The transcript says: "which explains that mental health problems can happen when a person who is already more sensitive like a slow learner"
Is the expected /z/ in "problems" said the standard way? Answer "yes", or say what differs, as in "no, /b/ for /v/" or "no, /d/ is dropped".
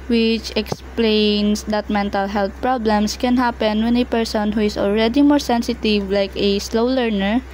no, /s/ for /z/